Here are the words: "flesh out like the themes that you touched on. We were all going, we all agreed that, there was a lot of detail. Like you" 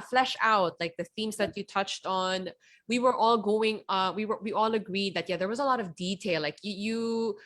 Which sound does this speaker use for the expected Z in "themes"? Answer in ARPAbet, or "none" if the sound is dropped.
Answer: Z